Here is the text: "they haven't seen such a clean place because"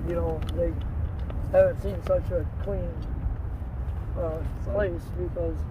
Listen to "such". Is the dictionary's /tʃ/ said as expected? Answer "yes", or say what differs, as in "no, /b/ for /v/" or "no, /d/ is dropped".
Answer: yes